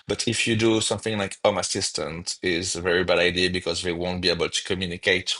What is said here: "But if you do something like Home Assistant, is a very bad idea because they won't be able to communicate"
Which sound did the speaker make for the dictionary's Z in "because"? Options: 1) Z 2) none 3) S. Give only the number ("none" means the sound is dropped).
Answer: 1